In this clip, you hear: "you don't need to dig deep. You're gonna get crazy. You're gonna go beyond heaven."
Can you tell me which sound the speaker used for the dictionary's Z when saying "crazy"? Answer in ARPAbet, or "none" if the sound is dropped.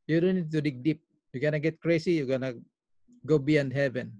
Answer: S